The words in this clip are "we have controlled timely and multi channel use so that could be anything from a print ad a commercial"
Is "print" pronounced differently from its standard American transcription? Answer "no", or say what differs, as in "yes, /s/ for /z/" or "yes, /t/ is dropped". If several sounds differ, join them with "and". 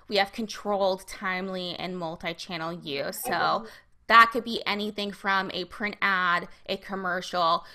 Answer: no